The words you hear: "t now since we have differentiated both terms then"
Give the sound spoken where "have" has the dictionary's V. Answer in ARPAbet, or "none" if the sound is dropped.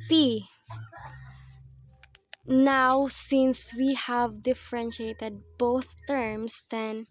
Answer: V